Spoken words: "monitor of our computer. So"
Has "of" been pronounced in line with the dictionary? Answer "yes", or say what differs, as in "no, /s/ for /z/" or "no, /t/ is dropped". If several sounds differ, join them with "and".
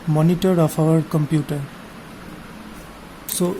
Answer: no, /p/ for /v/